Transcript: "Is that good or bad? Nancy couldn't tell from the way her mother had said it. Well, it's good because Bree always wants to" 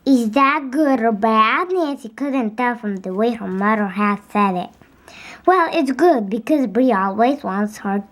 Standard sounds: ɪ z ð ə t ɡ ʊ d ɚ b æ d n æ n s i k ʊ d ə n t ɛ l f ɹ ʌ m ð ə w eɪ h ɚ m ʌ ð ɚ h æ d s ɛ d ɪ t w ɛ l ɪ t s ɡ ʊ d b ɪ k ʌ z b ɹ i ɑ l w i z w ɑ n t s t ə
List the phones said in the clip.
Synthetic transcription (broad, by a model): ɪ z ð ə t ɡ ʊ d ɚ b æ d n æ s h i k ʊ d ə n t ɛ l f ɹ ʌ m ð ə w eɪ h ɚ m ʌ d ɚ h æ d s ɛ d ɪ t w ɛ l ɪ t s ɡ ʊ d b ɪ k ʌ z b ɹ i ɑ l w i z w ɑ n t s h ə